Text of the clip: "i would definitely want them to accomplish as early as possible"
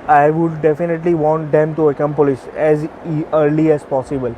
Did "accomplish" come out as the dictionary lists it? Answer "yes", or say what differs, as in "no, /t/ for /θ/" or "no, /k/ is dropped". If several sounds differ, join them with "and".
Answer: no, /s/ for /ʃ/